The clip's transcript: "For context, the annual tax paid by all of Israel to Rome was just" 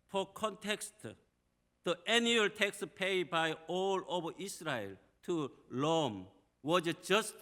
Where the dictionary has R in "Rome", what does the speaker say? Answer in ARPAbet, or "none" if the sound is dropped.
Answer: L